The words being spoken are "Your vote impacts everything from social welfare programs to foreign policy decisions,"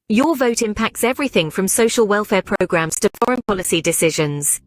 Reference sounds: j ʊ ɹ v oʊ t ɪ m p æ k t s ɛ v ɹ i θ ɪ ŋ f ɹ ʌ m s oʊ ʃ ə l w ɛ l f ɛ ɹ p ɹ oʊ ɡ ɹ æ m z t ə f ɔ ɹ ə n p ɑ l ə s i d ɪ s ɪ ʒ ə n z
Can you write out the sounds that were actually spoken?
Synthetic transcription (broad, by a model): j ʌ v oʊ t ɪ m p æ k t s ɛ v ɹ i θ ɪ ŋ f ɹ ʌ m s oʊ ʃ ə l w ɛ l f ɛ p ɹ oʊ ɡ ɹ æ m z t ə f ɔ ɹ ə n p ɑ l ə s i d ɪ s ɪ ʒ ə n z